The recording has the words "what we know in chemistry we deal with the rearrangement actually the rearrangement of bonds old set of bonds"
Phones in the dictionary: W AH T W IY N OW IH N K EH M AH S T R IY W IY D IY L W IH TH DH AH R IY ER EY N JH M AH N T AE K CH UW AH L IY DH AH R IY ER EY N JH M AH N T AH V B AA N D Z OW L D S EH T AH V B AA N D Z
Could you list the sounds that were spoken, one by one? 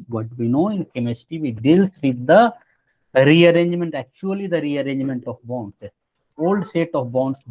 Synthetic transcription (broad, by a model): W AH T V IY N OW IH N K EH M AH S T IY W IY D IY L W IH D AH R IY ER EY N JH M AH N T AE K CH UW AH L IY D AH R IY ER EY N JH M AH N T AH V B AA N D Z OW L D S EH T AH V B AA N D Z